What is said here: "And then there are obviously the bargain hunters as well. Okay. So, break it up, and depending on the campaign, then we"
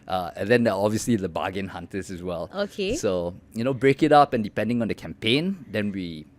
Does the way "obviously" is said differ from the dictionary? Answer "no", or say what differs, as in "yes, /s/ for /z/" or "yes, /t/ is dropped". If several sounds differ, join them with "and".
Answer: no